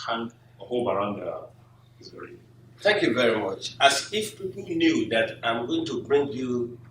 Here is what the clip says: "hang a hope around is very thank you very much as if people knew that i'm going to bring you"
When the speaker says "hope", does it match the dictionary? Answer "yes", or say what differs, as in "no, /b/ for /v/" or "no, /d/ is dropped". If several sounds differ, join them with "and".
no, /b/ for /p/